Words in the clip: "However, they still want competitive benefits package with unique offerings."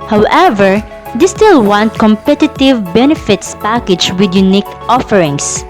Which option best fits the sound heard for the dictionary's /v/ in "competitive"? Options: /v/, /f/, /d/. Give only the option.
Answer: /v/